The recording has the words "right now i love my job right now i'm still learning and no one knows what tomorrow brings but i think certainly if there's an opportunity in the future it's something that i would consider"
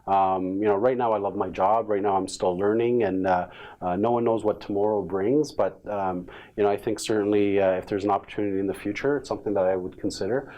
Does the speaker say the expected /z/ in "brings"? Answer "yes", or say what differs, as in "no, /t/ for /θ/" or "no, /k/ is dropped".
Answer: yes